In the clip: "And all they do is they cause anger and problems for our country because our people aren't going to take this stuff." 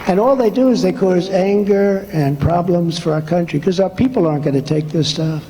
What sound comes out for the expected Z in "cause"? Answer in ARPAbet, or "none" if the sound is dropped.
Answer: Z